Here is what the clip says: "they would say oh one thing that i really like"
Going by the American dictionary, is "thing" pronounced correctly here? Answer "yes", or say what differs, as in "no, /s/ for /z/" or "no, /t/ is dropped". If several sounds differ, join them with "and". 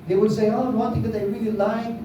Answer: no, /t/ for /θ/